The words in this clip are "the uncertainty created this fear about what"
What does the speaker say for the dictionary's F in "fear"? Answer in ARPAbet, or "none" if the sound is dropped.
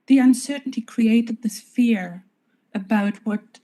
F